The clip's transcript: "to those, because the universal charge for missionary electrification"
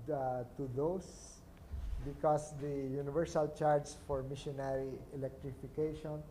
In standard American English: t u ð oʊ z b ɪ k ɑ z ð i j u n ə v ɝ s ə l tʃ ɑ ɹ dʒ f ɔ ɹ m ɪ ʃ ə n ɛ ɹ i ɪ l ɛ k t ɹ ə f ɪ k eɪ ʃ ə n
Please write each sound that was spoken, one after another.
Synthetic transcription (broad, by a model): t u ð oʊ s b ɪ k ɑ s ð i j u n ə v ɝ s ə l tʃ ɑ ɹ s f ɔ ɹ m ɪ ʃ ə n ɛ ɹ i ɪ l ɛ k t ɹ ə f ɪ k eɪ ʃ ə n